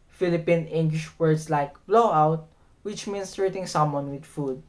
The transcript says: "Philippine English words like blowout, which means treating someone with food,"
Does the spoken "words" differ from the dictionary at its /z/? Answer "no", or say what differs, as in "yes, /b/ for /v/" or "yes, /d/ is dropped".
yes, /s/ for /z/